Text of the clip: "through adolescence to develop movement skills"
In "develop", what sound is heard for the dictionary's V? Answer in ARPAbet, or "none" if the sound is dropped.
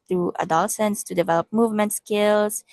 V